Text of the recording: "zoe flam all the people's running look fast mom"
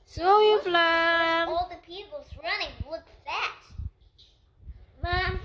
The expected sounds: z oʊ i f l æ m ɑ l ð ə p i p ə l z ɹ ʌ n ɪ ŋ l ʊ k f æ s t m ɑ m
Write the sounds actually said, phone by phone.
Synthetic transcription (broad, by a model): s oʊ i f l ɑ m ɑ l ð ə p i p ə l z ɹ ʌ n ɪ ŋ w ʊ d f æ t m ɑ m